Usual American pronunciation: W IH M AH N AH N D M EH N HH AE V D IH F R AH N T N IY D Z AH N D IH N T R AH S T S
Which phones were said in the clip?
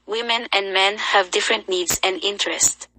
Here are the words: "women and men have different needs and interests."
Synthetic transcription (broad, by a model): W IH M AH N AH N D M EH N HH AE V D IH F R AH N T N IY D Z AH N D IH N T R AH S T